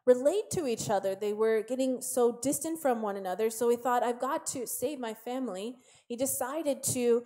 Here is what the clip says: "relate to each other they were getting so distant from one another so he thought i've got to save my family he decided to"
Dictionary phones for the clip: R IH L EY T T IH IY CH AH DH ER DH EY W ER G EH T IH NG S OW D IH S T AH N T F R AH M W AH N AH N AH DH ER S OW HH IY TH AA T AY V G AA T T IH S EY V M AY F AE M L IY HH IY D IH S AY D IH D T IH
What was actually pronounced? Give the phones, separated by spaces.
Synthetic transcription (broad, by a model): R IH L EY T T IH IY CH AH DH ER DH EY W ER G EH T IH NG S OW D IH S T AH N T F R AH M W AH N AH N AH DH ER S OW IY TH AA T AY V G AA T T IH S EY V M AY F AE M L IY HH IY D IH S AY D IH D T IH